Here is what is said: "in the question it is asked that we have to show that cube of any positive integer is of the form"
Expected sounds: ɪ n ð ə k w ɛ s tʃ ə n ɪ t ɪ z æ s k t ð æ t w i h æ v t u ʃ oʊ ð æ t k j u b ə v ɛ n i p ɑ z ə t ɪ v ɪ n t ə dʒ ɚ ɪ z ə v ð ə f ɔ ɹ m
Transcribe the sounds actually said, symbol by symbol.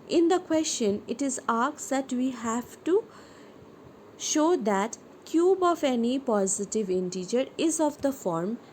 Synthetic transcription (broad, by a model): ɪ n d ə k w ɛ s tʃ ə n ɪ t ɪ z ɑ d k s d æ t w i h æ v t u ʃ oʊ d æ t k j u b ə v ɛ n i p ɑ z ə t ɪ v ɪ n t ə dʒ ɚ ɪ z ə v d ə f ɔ ɹ m